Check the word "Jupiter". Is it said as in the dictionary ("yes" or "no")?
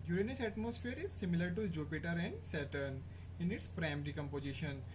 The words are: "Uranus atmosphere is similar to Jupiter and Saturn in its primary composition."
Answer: yes